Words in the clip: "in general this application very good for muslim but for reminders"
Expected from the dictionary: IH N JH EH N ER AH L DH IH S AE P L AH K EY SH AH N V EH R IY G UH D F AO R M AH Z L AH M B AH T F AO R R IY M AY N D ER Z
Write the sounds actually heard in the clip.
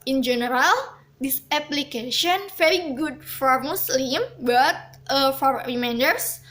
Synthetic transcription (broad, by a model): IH N JH EH N ER AH L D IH S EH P L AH K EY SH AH N F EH R IY G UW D F AO R M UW S L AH M B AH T F AO R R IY M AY N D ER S